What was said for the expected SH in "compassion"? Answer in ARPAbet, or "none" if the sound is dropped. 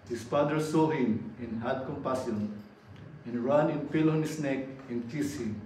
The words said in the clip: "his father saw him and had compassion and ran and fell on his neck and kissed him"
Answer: S